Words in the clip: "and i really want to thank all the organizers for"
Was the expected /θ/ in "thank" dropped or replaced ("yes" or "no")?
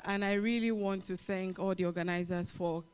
no